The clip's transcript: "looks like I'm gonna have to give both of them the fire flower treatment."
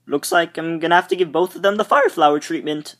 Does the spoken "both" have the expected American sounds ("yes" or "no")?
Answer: yes